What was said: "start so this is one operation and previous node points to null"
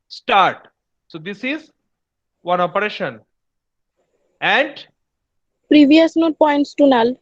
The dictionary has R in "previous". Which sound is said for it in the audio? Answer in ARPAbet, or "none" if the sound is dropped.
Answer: R